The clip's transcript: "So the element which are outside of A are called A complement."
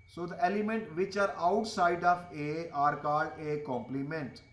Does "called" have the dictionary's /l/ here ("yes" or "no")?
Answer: no